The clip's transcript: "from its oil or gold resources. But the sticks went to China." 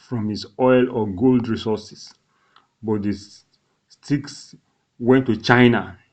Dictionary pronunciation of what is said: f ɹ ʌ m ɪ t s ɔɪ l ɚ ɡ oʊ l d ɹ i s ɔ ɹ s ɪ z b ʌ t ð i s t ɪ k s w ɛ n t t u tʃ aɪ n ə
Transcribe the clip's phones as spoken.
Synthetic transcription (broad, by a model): f ɹ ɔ m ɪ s ɔɪ l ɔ ɡ oʊ l d ɹ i s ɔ s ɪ s b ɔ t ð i s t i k s w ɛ n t t u tʃ aɪ n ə